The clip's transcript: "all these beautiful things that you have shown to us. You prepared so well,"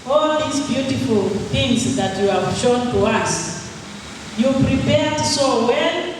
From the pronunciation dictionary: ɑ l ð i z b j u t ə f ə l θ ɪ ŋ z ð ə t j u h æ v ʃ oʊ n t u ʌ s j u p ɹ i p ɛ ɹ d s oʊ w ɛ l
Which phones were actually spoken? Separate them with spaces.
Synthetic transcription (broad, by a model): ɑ l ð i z b j u t ə f ə l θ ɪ ŋ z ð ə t j u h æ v ʃ oʊ n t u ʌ s j u p ɹ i p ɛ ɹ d s oʊ w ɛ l